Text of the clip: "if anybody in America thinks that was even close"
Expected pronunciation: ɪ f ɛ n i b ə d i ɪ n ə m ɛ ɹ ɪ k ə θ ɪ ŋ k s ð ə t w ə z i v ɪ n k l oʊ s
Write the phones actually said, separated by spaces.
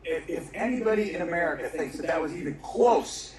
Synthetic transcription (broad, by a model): ɪ f ɛ n i b ə d i ɪ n ə m ɛ ɹ ɪ k ə θ ɪ ŋ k s ð ə t w ə z i v ɪ n k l oʊ s